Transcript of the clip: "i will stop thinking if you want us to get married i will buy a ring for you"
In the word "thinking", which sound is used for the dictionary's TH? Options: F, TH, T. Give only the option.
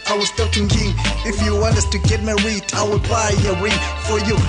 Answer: T